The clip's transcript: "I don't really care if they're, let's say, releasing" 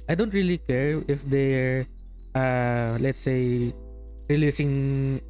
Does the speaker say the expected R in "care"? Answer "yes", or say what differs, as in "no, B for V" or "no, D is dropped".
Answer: yes